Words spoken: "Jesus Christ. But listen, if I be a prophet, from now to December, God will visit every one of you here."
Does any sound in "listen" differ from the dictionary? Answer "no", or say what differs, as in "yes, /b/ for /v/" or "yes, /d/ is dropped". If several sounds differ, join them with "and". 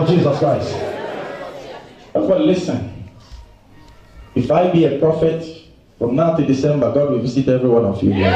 no